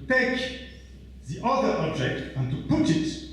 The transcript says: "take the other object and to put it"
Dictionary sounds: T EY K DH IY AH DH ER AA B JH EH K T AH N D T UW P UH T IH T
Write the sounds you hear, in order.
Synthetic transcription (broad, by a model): T EY K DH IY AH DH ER AA B JH EH K T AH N T UW P UH T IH T